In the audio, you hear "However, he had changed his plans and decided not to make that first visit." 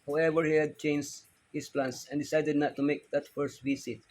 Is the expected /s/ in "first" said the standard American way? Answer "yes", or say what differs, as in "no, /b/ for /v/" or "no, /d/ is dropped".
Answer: yes